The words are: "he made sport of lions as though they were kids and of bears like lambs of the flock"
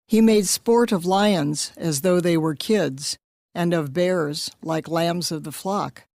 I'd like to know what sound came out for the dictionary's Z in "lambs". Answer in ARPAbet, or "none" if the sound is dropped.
Z